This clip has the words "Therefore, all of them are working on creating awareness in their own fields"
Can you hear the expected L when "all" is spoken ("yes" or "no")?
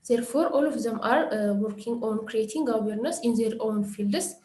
yes